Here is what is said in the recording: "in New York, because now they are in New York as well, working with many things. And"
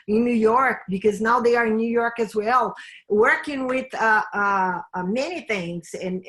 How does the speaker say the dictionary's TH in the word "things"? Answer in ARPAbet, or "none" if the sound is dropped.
TH